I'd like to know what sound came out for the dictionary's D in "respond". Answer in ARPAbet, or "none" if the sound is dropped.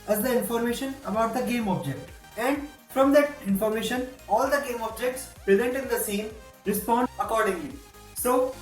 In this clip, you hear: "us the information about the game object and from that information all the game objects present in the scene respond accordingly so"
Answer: none